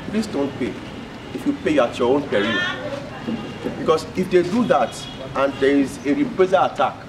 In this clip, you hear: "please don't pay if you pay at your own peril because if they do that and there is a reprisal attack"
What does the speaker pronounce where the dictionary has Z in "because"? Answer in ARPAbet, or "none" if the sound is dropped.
S